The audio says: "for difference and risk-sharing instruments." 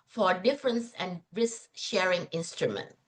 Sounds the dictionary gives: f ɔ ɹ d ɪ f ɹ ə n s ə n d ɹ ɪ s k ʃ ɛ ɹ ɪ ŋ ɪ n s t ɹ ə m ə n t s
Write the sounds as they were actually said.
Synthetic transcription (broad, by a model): f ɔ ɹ d ɪ f ɹ ə n s ə n d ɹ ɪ s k ʃ ɛ ɹ ɪ ŋ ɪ n s t ɹ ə m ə n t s